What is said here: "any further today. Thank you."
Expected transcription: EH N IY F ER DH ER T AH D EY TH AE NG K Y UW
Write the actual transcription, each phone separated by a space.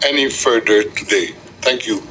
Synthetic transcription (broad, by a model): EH N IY F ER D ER T AH D EY T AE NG K Y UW